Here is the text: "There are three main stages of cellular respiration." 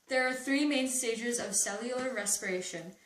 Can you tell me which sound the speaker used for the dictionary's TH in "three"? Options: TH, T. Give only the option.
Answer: TH